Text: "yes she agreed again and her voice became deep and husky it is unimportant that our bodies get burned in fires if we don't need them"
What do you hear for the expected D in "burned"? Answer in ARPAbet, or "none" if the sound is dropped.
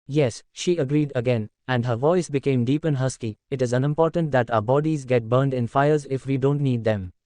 D